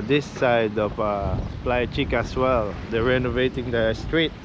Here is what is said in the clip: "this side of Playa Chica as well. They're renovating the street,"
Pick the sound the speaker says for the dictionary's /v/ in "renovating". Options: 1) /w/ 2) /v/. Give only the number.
2